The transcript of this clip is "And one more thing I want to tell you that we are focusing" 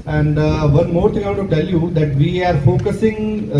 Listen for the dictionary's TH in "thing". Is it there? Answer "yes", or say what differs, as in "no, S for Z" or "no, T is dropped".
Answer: no, T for TH